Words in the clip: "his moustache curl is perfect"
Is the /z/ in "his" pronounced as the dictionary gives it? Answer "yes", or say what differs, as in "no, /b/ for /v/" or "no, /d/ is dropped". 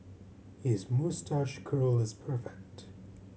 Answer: yes